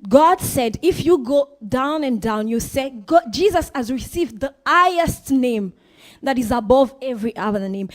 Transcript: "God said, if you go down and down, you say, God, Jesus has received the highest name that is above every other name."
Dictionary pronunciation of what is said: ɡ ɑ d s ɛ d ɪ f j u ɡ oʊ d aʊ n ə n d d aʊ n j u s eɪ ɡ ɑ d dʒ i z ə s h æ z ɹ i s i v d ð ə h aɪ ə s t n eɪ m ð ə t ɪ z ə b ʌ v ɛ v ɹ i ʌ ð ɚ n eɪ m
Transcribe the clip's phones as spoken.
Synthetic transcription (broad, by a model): ɡ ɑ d s ɛ d ɪ f j u ɡ oʊ d aʊ n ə n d d aʊ n j u s eɪ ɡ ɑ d dʒ i z ə s h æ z ɹ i s i v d ð ə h aɪ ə s t n eɪ m ð ə t ɪ z ə b ʌ v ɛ v ɹ i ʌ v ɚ n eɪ m